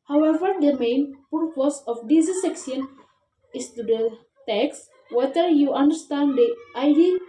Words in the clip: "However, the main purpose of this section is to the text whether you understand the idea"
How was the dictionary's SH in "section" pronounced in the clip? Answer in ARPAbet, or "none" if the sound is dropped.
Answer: S